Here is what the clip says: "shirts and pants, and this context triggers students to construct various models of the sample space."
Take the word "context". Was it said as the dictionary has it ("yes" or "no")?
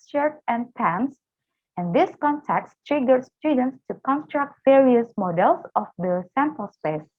no